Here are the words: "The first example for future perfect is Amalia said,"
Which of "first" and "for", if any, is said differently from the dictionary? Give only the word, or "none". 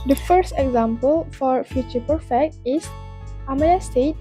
none